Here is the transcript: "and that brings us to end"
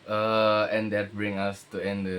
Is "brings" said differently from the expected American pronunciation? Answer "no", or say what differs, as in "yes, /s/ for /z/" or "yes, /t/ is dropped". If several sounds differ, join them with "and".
yes, /z/ is dropped